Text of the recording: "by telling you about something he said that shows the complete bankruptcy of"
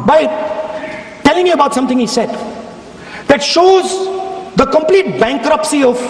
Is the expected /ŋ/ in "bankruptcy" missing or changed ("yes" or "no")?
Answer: no